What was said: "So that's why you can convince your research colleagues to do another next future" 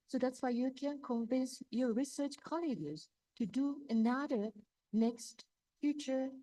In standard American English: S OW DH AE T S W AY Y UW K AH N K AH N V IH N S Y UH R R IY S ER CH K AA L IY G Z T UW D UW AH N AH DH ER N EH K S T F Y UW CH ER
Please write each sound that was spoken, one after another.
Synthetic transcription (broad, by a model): S OW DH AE T S W AY Y UW K AH N K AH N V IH N S Y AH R R IY S ER CH K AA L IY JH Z T UW D UW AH N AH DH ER N EH K S T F Y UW CH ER